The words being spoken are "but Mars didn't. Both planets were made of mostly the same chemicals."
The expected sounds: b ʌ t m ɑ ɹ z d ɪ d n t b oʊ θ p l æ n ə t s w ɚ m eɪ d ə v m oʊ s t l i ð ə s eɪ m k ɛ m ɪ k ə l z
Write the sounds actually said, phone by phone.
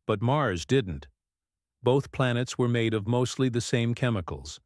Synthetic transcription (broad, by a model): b ʌ t m ɑ ɹ z d ɪ d n t b oʊ θ p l æ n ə t s w ɚ m eɪ d ə v m oʊ s t l i ð ə s eɪ m k ɛ m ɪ k l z